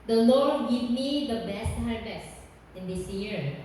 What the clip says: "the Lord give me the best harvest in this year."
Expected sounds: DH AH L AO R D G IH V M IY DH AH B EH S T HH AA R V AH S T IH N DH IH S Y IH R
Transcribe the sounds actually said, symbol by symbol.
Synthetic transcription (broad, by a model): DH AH L AO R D G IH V M IY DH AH B EH S T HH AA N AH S IH N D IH S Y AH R